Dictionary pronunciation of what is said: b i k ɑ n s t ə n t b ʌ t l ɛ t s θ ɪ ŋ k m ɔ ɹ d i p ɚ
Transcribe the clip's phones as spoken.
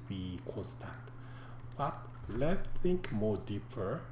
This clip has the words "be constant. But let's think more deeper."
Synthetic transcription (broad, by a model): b i k ɑ n s t ə n t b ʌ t l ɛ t θ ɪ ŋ k m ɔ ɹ d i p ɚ